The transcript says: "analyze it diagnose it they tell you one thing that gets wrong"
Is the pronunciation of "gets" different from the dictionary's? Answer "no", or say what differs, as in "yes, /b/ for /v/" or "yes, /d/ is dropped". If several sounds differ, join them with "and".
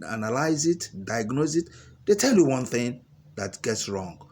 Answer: no